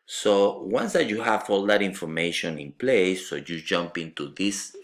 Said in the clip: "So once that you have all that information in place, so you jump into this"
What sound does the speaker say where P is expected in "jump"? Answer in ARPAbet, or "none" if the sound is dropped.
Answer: P